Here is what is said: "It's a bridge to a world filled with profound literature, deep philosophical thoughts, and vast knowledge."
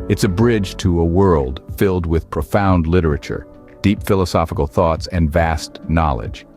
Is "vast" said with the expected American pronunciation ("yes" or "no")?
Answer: yes